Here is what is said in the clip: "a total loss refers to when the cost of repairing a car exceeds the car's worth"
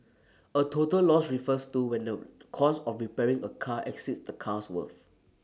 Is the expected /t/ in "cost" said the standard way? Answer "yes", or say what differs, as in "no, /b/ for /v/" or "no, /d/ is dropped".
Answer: no, /t/ is dropped